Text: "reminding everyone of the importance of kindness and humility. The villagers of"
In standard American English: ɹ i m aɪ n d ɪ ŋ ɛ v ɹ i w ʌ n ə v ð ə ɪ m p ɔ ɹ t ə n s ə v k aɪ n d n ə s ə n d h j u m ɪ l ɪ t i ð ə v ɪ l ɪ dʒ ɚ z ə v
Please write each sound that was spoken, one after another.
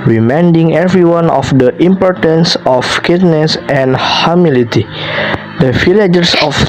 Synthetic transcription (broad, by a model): ɹ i m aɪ n d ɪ ŋ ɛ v ɹ i w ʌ n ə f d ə ɪ m p ɔ ɹ t ə n s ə f k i d n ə s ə n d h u m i l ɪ t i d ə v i l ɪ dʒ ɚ s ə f